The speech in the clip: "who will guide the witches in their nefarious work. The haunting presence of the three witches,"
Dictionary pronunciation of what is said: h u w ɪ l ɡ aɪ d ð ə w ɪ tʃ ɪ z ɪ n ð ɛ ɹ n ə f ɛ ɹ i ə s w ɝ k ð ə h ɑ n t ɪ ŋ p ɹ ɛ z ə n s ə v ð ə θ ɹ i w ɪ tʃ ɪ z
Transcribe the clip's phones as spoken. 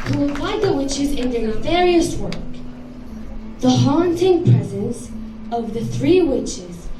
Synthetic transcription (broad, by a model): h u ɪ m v aɪ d ð ə w ɪ tʃ ɪ z ɪ n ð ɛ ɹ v ɛ ɹ i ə s w ɝ k ð ə h ɑ n t ɪ ŋ p ɹ ɛ z ə n s ə v ð ə θ ɹ i w ɪ tʃ ɪ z